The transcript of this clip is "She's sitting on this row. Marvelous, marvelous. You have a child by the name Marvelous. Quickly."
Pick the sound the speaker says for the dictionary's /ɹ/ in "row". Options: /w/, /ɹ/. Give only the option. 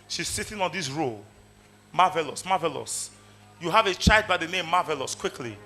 /ɹ/